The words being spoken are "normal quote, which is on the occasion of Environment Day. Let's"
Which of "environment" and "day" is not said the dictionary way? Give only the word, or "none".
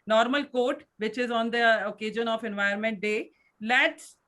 environment